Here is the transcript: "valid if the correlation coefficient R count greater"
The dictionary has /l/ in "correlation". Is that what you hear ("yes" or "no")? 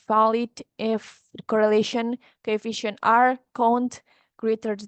yes